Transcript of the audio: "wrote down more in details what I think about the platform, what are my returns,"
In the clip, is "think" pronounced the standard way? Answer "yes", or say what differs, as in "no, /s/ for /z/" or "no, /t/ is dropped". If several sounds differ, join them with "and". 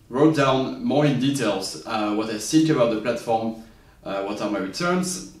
no, /s/ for /θ/